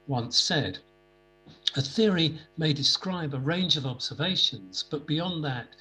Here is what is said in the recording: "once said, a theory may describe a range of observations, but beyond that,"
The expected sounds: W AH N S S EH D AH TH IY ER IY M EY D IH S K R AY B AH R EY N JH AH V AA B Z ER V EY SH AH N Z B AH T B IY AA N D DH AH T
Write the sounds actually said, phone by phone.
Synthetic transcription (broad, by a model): W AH N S S EH D AH TH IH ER IY M EY D IH S K R AY B AH R EY N JH AH V AA B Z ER V EY SH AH N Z B AH T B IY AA N DH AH T